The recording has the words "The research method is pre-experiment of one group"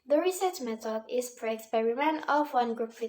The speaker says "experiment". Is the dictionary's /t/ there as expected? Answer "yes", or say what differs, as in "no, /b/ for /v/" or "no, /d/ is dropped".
no, /t/ is dropped